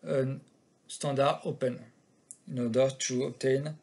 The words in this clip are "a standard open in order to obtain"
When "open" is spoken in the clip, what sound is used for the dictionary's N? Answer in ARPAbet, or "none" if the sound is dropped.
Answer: N